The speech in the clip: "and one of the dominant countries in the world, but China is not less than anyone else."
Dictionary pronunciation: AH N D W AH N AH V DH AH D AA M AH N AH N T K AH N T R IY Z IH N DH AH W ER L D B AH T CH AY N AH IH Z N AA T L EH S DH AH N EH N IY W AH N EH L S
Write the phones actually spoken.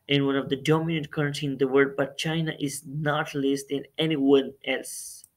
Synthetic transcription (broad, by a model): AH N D W AH N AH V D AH D AA M AH N AH N T K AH T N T IH N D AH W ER D B AH T CH AY N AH IH Z N AA T L EH S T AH N EH N IY W AH N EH L S